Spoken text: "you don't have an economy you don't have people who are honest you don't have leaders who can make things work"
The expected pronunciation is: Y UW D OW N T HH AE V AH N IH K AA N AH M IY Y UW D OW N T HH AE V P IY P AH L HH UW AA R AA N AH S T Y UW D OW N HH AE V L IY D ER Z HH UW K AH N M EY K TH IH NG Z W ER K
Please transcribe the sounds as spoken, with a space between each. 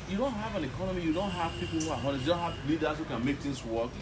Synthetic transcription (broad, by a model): Y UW D OW N T HH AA V AH N IH K AA N AH M IY Y UW D OW N T HH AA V P IY P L HH UW AA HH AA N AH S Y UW D OW N HH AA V L IY D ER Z HH UW K AH N M EY K T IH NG S W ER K